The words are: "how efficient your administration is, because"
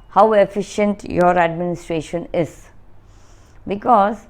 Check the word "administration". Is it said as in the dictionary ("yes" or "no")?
yes